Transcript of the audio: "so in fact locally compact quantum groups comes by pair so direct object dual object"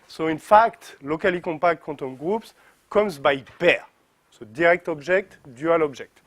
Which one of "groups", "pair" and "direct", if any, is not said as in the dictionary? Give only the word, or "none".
pair